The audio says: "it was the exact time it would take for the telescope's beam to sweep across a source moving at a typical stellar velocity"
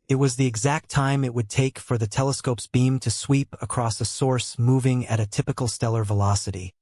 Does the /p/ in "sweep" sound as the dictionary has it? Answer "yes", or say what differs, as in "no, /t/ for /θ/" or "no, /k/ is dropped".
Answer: yes